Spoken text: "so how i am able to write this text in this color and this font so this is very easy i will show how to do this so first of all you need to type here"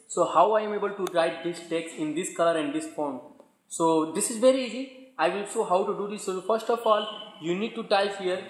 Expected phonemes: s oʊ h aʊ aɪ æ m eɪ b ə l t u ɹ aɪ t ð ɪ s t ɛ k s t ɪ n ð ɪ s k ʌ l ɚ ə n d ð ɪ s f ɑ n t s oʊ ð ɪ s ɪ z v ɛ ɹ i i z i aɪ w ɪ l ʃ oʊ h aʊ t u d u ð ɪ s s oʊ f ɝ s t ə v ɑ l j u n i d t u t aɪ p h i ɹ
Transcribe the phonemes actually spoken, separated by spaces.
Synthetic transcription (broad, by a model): s oʊ h aʊ aɪ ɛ m eɪ b ə l t u ɹ aɪ t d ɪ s t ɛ k s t ɪ n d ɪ s k ʌ l ɚ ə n d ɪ s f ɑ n s oʊ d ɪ s ɪ z v ɛ ɹ i i z i aɪ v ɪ l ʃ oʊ h aʊ t u d u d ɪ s s oʊ f ɝ s t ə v ɑ l j u n i d t u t aɪ f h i ɹ